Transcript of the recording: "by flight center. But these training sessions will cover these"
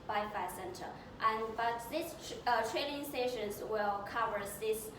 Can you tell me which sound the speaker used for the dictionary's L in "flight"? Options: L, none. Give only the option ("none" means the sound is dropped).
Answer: none